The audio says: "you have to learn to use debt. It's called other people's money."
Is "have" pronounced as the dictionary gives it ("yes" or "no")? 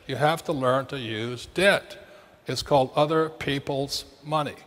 no